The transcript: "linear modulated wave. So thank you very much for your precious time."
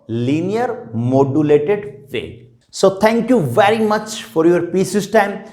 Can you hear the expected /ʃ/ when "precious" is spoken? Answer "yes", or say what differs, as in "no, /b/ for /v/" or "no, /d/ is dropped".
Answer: no, /s/ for /ʃ/